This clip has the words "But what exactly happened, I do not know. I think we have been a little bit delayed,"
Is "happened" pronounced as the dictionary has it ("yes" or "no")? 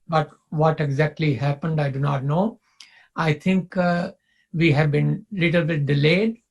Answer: yes